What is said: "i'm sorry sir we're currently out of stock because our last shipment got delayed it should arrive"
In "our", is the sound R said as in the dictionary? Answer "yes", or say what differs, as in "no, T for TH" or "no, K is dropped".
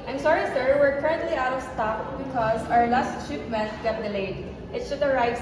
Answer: yes